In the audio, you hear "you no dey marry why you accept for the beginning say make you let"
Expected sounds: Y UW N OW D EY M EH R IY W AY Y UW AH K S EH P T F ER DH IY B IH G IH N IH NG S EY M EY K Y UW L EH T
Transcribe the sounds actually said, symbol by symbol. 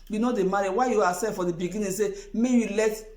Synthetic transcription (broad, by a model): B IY N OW D EY M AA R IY W AY Y UW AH S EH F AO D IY B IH G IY N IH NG S EY M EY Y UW L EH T